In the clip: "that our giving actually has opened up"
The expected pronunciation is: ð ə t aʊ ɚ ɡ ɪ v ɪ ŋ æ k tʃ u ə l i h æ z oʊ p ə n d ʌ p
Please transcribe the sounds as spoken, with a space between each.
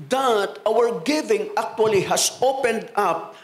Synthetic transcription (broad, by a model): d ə t aʊ ɚ ɡ ɪ v ɪ ŋ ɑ k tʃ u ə l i h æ s oʊ p ə n d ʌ p